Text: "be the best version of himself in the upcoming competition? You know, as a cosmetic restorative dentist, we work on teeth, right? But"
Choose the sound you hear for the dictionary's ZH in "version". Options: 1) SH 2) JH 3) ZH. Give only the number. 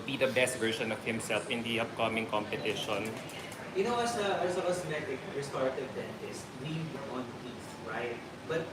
1